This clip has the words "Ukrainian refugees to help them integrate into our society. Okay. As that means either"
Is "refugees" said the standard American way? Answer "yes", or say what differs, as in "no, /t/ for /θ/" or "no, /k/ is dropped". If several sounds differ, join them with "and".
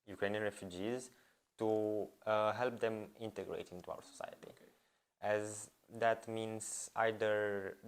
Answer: yes